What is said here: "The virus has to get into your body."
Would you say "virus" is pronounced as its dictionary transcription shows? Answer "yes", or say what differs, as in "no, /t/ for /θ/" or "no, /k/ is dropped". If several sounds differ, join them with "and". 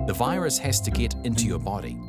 yes